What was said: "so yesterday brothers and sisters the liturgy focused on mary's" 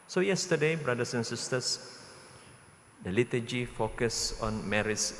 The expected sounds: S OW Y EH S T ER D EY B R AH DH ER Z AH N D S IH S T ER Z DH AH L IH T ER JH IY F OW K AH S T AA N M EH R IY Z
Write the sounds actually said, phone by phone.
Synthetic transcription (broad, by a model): S OW Y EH S T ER D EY B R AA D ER S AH N S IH S T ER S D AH L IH T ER JH IY F OW K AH S AA N M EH R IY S